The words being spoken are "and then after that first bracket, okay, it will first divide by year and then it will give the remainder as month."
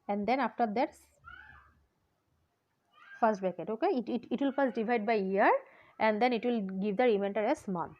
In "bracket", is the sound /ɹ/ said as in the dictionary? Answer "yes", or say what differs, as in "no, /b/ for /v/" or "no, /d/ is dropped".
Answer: no, /ɹ/ is dropped